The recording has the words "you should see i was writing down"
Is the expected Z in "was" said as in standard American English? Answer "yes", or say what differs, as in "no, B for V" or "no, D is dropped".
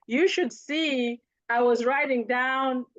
yes